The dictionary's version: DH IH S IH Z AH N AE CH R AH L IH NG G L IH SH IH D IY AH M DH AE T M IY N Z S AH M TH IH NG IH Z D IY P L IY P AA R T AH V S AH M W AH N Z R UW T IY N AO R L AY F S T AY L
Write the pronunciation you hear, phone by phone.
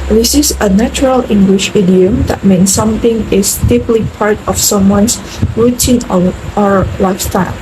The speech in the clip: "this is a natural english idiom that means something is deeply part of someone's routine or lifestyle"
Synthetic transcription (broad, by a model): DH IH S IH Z AH N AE CH R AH L IH NG G L IH SH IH D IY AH M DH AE T M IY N S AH M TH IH NG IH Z D IY P L IY P AA R T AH F S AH M W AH N S R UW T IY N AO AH L AY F S T AY L